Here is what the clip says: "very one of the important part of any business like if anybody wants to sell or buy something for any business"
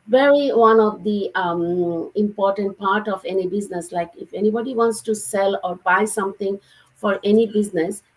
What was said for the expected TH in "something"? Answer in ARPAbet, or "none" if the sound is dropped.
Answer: T